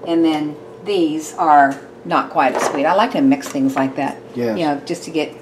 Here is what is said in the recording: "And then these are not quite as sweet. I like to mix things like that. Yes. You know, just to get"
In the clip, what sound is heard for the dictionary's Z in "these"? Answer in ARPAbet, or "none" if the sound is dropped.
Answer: Z